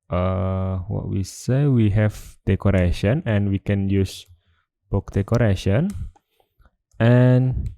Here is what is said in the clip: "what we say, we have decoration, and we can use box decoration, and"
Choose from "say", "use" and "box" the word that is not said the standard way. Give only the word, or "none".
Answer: box